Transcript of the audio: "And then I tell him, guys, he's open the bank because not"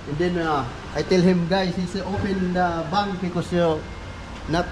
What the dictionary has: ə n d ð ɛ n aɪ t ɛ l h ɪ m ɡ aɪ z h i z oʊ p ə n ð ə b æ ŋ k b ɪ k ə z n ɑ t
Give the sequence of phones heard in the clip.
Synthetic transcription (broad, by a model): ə n d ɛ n aɪ t ɛ l h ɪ m ɡ aɪ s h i s oʊ p ə n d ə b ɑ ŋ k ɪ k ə s n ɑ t